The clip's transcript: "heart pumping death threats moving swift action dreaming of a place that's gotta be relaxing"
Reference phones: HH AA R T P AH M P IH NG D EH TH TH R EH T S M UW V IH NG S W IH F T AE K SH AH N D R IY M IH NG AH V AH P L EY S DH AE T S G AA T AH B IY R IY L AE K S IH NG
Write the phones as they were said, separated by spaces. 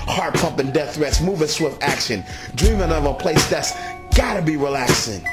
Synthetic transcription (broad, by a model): HH AA R T P AH M P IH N D EH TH TH R EH T S M UW V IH S W IH F T AE K SH AH N D R IY M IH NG AH V AH P L EY S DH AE T S G AA T AH B IY R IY L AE K S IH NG